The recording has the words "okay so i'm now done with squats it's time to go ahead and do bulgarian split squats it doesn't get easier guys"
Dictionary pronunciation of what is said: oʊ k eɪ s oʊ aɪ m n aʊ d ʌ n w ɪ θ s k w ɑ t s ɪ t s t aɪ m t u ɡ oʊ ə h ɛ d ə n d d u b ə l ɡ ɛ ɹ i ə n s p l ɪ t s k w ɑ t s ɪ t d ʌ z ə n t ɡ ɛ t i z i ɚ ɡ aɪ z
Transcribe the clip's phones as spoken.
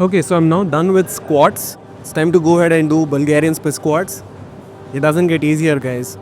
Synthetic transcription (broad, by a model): oʊ k eɪ s oʊ aɪ m n aʊ d ʌ n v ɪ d s k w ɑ t s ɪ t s t aɪ m t u ɡ oʊ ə h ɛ d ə n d d u b ə l ɡ ɛ ɹ i ə n s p ɪ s k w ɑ t s ɪ t d ʌ z ə n t ɡ ɛ t i z i ɚ ɡ aɪ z